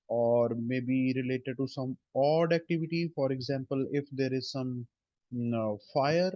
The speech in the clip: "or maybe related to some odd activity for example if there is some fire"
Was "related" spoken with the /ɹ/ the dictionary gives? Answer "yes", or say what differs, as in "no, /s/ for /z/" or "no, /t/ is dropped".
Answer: yes